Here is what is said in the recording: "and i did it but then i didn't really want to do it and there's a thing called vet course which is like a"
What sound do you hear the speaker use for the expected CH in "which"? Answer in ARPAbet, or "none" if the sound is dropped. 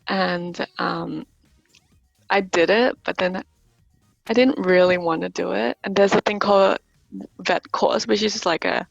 SH